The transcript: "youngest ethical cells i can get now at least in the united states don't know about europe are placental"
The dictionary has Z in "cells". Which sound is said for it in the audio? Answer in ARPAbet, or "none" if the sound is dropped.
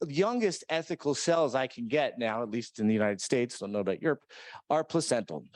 Z